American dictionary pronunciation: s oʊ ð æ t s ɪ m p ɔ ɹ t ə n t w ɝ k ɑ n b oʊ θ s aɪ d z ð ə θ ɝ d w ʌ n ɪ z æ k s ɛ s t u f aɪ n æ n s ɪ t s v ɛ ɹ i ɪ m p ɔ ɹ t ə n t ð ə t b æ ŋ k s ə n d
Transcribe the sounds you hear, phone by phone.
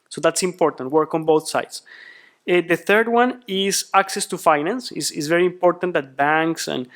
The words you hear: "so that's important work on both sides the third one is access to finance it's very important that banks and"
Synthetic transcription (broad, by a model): s oʊ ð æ t s ɪ m p ɔ ɹ t ə n t w ɝ k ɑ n b oʊ θ s aɪ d s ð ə θ ɝ d w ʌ n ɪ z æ k s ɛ s t u f aɪ n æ n s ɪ s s v ɛ ɹ i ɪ m p ɔ ɹ t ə n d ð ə t b æ ŋ k s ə n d